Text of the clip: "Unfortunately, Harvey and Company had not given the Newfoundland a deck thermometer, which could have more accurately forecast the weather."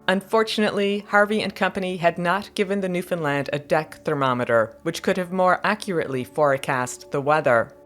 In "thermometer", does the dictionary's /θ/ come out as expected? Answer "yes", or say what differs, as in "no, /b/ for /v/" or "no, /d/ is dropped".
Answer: yes